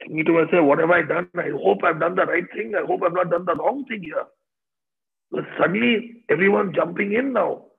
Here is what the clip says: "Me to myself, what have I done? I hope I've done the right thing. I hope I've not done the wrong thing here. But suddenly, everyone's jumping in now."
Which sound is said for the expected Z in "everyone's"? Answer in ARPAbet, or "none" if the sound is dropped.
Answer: none